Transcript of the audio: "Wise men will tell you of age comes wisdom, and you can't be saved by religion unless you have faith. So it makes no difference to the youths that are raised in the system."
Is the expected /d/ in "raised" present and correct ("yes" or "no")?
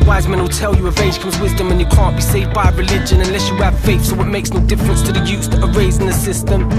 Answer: no